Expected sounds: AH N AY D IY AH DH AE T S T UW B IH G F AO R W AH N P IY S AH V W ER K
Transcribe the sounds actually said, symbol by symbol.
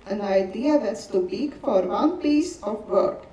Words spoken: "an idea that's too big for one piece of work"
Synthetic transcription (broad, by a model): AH N AY D IY AH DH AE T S T UW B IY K F AO R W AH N P IY S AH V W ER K